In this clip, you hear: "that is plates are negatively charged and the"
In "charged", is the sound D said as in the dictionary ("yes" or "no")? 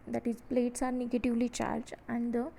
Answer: no